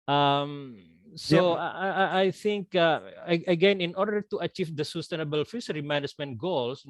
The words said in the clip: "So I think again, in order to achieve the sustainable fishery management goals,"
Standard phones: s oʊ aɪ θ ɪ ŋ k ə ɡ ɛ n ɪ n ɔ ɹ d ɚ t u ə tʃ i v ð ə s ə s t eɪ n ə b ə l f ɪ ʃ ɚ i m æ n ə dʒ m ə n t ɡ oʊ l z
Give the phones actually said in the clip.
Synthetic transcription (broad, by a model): s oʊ aɪ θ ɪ ŋ k ə ɡ ɛ n ɪ n ɔ ɹ d ɚ t u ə tʃ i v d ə s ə s t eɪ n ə b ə l f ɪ s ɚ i m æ n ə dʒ m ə n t ɡ oʊ l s